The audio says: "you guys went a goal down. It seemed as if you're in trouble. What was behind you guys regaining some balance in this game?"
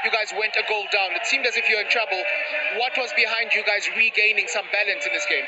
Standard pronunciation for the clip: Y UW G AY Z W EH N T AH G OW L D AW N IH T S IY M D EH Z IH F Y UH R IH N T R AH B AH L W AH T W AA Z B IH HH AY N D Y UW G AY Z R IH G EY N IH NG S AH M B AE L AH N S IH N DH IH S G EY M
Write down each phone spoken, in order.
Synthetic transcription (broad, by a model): Y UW G AY Z W EH N T AH G OW L D AW N IH T S IY M D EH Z IH F Y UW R IH N T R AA B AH L W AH T W AA Z B IH HH AY N D Y UW G AY Z R IH G EY N IH NG S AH M B AE L AH N S IH N DH IH S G EY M